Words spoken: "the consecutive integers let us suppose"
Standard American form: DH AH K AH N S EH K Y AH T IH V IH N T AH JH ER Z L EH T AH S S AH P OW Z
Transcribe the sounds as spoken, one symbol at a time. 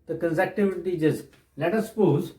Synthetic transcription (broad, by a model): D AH K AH N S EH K T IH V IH T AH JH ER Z L EH T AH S S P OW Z